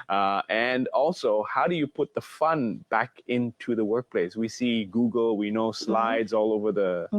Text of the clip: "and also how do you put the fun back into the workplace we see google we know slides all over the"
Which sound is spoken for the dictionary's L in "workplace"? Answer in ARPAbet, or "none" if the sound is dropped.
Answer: L